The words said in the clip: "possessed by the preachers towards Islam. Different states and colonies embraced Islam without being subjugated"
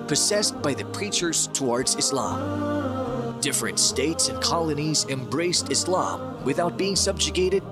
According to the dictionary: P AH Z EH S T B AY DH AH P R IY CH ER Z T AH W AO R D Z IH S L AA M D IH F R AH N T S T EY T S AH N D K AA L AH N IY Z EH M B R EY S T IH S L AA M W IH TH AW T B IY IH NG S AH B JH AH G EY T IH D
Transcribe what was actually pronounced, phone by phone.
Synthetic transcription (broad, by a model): P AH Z EH S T B AY DH AH P R IY CH ER Z T AH W AO R D Z IH S L AA M D IH F R AH N T S T EY T S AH N K AA L AH N IY Z EH M B R EY S T IH S L AA M W IH TH AW T B IY IH NG S AH B JH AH G EY T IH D